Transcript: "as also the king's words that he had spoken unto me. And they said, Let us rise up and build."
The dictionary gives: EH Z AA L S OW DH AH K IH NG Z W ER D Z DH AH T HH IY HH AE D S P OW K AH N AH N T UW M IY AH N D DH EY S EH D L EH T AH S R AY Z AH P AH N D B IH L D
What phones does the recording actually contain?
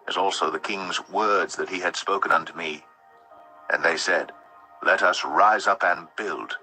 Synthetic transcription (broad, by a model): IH Z AA L S OW DH AH K IH NG Z W ER D Z DH AH T HH IY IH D S P OW K AH N AH N T UW M IY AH N DH EY S EH D L EH T AH S R AY Z AH P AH N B IH L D